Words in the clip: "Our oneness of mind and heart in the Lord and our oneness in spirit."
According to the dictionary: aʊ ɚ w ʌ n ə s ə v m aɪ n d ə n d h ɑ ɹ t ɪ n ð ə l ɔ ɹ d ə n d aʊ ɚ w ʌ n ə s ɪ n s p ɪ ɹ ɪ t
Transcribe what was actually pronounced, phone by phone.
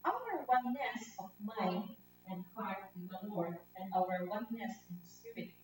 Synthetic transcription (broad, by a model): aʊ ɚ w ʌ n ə s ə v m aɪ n ə n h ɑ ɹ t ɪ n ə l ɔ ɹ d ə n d aʊ ɚ w ʌ n ə s ɪ n s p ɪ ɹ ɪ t